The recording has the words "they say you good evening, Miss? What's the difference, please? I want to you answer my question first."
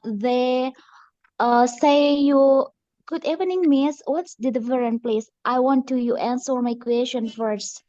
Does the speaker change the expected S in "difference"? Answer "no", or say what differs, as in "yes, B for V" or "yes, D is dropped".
yes, S is dropped